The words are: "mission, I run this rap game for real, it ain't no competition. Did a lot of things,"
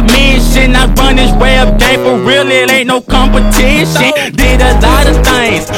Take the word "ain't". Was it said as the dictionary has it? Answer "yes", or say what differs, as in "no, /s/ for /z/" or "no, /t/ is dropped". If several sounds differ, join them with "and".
no, /n/ is dropped